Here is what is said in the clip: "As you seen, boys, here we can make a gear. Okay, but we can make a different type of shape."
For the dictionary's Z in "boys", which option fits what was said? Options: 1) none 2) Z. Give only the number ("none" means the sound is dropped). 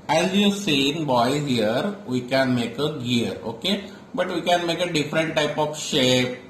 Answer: 1